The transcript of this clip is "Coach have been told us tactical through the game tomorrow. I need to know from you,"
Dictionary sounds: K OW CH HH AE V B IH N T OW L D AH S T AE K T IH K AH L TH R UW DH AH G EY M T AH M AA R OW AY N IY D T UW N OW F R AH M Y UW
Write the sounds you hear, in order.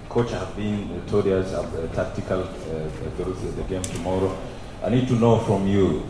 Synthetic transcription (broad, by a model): K OW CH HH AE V B IH N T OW D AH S T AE K T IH K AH L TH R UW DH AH G EY M T AH M AA R OW AY N IY D T UW N OW F R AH M Y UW